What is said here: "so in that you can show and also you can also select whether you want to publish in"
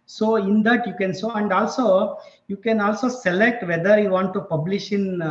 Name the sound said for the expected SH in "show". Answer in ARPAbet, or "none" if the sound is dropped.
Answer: S